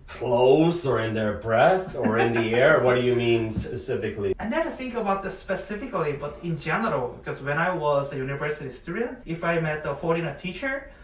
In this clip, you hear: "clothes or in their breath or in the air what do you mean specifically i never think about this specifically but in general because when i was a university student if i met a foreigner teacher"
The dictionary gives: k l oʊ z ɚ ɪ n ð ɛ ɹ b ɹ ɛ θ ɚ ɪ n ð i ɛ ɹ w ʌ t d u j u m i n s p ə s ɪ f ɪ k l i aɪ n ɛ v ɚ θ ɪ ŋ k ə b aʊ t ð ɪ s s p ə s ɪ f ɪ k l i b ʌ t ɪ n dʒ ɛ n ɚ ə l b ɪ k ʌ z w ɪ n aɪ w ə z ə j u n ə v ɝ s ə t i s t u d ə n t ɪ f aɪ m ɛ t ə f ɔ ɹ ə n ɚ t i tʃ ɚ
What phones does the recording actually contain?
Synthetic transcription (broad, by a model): k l oʊ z ɚ ɪ n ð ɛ ɹ b ɹ ɛ θ ɚ ɪ n ð i ɛ ɹ w ʌ t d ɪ j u m i n s p ə s ɪ f ɪ k l i aɪ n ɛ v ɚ θ ɪ ŋ k ə b aʊ t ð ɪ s s p ə s ɪ f ɪ k l i b ʌ t ɪ n dʒ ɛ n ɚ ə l b ɪ k ʌ z w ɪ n aɪ w ə z ə j u n ə v ɝ s ə t i s t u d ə n t ɪ f aɪ m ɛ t ə f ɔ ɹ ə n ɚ t i tʃ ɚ